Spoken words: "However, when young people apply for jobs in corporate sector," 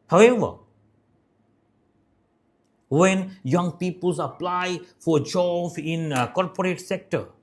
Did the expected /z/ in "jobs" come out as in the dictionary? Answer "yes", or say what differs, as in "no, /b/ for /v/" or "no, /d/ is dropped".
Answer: no, /z/ is dropped